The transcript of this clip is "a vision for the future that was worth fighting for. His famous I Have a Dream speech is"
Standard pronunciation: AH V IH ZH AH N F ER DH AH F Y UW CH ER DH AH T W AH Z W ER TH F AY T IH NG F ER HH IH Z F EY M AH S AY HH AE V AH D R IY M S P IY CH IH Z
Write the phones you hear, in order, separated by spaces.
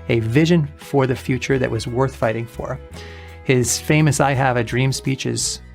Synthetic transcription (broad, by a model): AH V IH ZH AH N F ER DH AH F Y UW CH ER DH AH T W AH Z W ER TH F AY T IH NG F ER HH IH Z F EY M AH S AY HH AE V AH D R IY M S P IY CH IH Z